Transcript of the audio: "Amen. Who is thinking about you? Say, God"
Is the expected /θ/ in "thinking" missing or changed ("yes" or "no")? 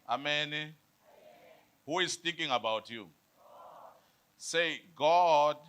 yes